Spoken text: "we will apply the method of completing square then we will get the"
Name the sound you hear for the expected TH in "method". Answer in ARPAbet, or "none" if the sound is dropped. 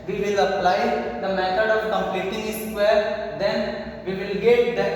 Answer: T